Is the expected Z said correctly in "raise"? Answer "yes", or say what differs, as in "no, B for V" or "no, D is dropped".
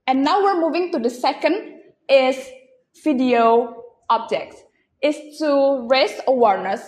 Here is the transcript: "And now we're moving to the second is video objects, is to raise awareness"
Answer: no, S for Z